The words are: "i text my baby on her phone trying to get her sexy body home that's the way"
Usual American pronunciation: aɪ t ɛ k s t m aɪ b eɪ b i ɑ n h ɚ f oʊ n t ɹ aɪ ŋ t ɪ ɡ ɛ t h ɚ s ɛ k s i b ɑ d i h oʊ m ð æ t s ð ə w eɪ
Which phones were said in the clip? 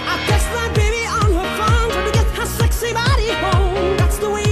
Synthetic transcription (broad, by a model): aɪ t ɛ s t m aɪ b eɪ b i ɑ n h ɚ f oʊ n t aɪ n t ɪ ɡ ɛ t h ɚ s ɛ k s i b ɑ d i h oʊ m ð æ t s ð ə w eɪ